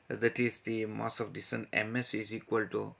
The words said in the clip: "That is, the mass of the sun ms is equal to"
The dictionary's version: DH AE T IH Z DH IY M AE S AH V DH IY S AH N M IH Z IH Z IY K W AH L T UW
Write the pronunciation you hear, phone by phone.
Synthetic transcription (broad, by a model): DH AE T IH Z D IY M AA S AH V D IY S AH N M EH S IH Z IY K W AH L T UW